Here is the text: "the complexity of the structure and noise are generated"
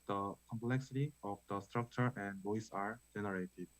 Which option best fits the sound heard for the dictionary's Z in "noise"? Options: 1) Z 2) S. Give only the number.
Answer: 2